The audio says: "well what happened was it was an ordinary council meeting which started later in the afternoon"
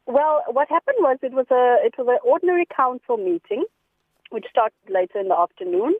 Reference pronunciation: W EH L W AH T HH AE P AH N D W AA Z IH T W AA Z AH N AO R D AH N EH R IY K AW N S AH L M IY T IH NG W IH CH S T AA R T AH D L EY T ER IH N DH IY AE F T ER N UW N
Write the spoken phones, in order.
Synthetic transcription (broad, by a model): W EH L W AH T HH AE P AH N D W AA Z IH T W AA Z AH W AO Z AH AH N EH R IY K AW N S AH L M IY T IH NG W IH CH S T AA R T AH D L EY T ER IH N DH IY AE F T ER N UW N